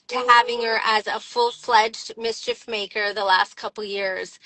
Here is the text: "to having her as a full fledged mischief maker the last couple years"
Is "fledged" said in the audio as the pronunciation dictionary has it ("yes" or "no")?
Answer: yes